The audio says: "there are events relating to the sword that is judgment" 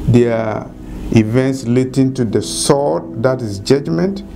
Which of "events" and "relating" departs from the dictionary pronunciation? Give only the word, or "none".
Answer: relating